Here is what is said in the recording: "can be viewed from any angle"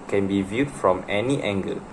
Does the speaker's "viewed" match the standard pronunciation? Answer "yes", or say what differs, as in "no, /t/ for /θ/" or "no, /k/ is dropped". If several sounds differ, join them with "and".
yes